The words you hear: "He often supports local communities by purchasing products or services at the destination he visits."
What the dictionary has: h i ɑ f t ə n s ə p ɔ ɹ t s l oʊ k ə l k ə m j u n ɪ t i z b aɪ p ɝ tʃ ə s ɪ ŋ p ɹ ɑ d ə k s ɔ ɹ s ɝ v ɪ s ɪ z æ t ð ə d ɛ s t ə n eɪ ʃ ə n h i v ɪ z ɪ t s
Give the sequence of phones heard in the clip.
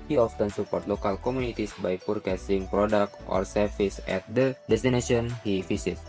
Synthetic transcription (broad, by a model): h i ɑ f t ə n s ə p ɔ ɹ t l oʊ k ə l k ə m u n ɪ t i s b aɪ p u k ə s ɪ ŋ p ɹ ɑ d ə k ɔ ɹ s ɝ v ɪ s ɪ t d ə d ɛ s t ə n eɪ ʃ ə n h i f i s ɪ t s